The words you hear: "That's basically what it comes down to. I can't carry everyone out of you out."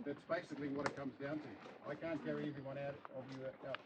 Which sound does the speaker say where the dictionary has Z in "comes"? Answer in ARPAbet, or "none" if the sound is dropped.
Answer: Z